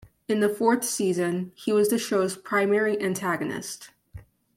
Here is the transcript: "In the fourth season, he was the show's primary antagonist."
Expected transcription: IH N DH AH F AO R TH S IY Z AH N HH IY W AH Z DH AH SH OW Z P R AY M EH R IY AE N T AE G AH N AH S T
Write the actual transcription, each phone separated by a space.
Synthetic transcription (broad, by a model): IH N DH AH F AO R TH S IY Z AH N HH IY W AH Z DH AH SH OW Z P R AY M EH R IY AE N T AE G AH N AH S T